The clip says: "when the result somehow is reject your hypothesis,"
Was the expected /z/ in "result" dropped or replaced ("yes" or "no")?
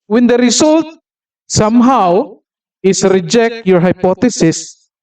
yes